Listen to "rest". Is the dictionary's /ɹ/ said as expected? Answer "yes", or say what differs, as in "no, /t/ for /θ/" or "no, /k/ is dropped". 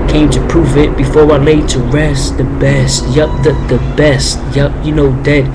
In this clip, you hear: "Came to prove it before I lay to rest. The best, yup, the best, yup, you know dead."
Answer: yes